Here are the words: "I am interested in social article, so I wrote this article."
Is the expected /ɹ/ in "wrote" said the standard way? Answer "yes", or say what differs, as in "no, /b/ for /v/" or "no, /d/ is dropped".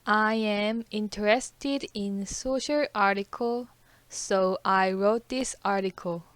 yes